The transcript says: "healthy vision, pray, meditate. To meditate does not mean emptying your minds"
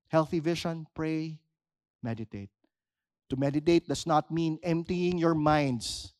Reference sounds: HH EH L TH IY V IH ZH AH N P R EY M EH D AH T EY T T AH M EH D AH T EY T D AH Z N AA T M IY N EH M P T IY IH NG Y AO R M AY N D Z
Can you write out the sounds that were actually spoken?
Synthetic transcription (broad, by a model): HH EH L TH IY V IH SH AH N P R EY M EH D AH T EY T T AH M EH D AH T EY T D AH S N AA T M IY N EH M P T IY IH NG Y AO R M AY N D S